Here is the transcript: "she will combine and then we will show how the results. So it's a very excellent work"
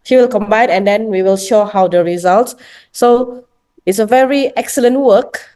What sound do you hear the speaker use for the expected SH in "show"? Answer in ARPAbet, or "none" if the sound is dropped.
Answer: SH